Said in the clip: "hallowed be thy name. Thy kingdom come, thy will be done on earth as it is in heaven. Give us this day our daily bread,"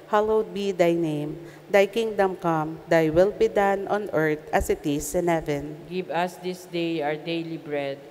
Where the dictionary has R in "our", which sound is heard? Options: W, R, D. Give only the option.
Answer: R